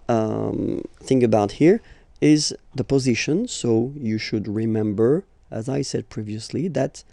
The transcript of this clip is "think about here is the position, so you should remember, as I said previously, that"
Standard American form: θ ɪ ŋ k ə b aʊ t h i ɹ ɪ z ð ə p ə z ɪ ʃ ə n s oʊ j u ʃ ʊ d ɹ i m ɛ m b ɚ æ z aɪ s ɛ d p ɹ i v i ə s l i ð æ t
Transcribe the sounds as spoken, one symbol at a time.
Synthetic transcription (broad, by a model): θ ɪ ŋ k ə b aʊ t h i ɹ ɪ z ð ə p ə z ɪ ʃ ə n s oʊ j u ʃ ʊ d ɹ i m ɛ m b ɚ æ z aɪ s ɛ d p ɹ i v i ə s l i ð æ t